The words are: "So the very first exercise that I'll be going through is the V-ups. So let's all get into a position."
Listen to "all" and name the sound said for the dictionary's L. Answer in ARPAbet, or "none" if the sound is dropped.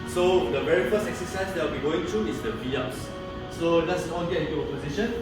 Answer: N